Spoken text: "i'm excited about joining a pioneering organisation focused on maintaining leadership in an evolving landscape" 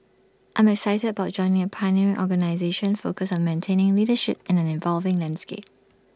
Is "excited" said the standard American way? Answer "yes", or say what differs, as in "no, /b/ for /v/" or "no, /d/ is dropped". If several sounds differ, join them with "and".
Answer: yes